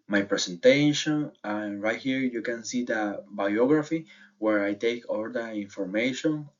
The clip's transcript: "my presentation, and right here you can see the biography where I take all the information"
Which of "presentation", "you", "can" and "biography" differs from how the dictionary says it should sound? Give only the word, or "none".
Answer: presentation